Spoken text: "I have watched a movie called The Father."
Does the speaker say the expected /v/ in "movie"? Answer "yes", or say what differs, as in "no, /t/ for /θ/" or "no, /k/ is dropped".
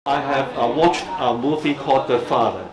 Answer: no, /f/ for /v/